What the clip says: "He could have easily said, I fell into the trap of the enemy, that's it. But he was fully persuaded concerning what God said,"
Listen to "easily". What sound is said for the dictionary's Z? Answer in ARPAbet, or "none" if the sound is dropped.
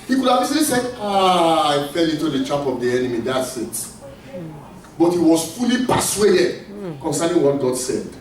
S